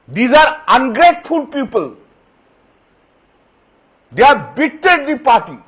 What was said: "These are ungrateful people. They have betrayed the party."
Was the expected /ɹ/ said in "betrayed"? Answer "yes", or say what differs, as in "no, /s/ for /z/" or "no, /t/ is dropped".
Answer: no, /ɹ/ is dropped